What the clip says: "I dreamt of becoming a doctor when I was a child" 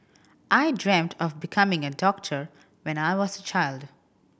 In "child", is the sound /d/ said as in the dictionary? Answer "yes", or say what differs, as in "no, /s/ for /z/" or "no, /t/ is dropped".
yes